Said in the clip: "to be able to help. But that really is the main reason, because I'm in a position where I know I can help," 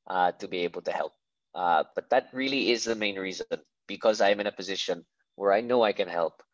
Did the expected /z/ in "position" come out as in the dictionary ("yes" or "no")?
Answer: yes